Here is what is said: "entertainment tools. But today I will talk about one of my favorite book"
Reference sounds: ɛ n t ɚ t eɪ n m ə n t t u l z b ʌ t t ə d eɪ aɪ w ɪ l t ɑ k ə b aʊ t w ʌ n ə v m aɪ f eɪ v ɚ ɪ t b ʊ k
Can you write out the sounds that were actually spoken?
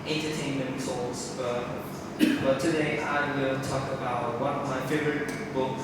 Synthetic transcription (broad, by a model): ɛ n t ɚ t eɪ n m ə n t s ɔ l s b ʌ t t ə d eɪ aɪ w ɪ l t ɑ k ə b aʊ t w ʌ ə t m aɪ f eɪ v ɚ ɪ t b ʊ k